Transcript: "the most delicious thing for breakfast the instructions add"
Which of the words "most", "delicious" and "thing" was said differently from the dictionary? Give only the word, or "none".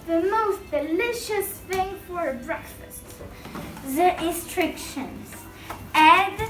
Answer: none